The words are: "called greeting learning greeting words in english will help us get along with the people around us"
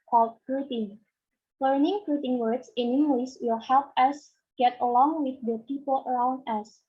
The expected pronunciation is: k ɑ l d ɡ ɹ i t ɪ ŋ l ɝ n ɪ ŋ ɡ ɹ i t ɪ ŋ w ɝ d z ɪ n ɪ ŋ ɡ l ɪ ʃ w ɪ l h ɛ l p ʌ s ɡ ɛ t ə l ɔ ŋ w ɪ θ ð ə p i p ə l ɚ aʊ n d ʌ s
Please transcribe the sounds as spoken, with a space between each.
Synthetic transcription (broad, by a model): k ɑ l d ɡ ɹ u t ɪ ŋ l ɝ n ɪ ŋ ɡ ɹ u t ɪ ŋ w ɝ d s ɪ n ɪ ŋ ɡ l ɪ s w ɪ l h ɛ l p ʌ s ɡ ɛ t ə l ɔ ŋ w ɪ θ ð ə p i p ə l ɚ aʊ n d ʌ s